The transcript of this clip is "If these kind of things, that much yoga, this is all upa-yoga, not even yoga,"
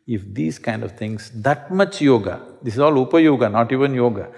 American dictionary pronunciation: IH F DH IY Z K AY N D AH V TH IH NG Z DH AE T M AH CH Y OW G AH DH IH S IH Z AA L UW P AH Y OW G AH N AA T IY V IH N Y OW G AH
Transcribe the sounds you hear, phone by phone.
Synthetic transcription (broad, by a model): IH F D IY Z K AY N D AH V T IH NG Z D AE T M AH CH Y OW G AH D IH S IH Z AA L UW P AH Y OW G AH N AA T IY V IH N Y OW G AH